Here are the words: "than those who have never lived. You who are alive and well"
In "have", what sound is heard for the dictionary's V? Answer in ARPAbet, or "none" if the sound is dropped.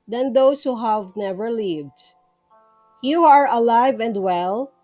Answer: V